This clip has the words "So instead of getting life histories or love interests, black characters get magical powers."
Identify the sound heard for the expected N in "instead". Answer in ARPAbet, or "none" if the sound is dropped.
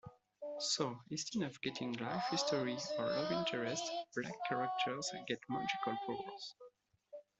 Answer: none